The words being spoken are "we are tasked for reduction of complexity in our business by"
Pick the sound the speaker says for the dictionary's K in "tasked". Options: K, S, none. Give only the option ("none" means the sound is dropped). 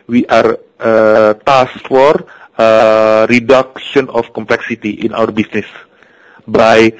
none